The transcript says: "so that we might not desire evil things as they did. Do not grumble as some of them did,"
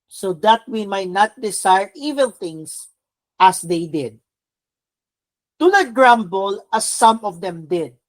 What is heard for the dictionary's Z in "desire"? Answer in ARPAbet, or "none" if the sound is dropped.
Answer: S